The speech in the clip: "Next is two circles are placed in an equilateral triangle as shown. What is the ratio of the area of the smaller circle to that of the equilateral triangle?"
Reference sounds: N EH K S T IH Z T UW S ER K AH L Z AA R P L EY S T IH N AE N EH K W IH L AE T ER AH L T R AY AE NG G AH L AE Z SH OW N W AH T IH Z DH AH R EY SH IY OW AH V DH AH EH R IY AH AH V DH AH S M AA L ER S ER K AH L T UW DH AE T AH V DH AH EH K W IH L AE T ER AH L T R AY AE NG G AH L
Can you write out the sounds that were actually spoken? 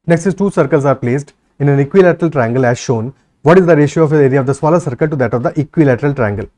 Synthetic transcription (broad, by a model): N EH K S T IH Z T UW S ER K AH L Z AA R P L EY S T IH N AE N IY K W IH L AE T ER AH L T R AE NG G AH L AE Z SH OW N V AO T IH Z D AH R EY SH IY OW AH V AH R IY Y AH V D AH S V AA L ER S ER K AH L T UW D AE T AH V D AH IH K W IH L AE T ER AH L T R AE NG G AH L